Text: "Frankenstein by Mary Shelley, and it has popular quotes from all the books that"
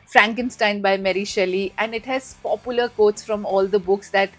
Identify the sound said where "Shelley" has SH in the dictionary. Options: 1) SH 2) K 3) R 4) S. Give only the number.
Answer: 1